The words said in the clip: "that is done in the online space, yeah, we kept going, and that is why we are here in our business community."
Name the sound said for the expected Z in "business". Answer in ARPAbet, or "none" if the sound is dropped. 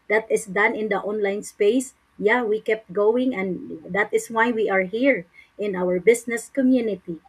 S